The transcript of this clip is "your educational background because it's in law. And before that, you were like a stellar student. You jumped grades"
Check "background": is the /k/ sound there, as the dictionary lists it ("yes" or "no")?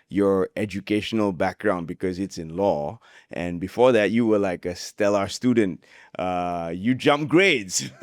yes